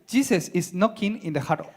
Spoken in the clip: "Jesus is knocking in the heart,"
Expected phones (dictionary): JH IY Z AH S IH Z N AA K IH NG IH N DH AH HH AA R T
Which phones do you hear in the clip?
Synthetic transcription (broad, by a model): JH IY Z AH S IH S N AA K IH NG IH N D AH HH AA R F